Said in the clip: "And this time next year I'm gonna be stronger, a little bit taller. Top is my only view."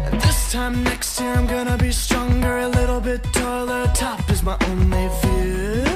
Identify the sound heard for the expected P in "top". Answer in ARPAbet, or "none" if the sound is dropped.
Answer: F